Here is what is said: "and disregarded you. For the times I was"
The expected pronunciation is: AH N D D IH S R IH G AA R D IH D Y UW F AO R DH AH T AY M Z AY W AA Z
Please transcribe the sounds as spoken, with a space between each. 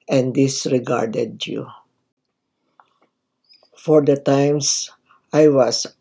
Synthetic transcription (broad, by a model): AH N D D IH S R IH G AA R D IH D Y UW F AO R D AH T AY M S AY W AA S